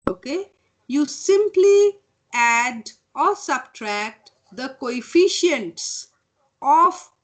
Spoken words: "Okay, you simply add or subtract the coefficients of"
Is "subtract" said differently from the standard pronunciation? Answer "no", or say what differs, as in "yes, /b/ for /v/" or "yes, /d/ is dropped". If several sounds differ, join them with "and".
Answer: no